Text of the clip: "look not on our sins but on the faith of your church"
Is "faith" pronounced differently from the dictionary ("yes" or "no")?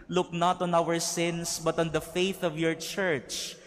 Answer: no